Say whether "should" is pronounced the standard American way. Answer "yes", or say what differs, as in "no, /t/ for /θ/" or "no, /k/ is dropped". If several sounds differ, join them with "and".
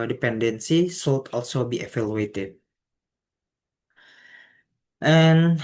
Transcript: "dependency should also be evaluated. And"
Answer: no, /s/ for /ʃ/